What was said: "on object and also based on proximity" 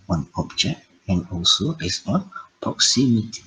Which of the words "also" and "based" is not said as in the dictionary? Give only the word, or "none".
based